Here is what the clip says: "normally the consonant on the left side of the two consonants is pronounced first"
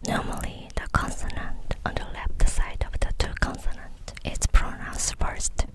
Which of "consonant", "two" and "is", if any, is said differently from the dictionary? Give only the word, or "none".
is